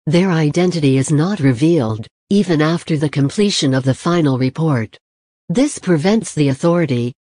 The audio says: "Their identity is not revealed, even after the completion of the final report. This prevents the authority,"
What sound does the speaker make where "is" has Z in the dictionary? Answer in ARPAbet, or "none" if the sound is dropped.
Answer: Z